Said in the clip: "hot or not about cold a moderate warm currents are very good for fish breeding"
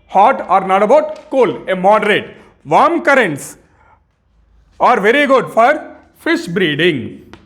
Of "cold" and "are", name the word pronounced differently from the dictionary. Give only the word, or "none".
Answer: cold